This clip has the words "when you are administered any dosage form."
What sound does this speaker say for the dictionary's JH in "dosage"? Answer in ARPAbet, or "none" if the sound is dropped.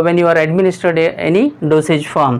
JH